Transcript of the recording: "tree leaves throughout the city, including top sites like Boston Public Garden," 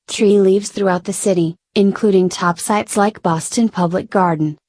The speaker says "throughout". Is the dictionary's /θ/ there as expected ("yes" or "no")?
yes